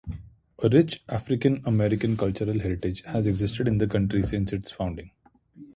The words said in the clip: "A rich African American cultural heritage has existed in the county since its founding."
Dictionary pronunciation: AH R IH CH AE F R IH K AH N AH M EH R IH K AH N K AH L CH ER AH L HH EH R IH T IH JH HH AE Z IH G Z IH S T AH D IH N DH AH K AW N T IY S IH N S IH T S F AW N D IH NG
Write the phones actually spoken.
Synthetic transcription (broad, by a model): AH R IH CH AE F R IH K AH N AH M EH R IH K AH N K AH L CH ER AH L HH EH R IH T IH JH HH AE Z IH G Z IH S T AH D IH N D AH K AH N T IY S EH N S IH T S F AW N D IH NG